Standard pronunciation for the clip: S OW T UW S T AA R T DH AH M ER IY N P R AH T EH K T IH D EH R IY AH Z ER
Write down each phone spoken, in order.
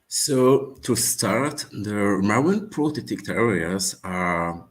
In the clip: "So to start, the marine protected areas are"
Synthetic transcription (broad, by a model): S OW T UW S T AA R T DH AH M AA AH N P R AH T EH T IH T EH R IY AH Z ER